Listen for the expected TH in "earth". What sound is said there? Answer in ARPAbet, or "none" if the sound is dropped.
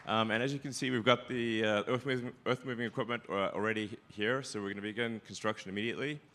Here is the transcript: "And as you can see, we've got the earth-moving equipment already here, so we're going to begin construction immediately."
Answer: TH